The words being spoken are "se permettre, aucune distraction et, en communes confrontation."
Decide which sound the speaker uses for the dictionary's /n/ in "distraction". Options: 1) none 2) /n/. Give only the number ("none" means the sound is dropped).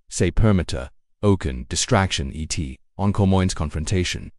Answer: 2